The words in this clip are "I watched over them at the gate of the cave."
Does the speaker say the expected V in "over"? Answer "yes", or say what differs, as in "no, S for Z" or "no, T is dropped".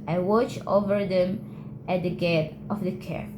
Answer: yes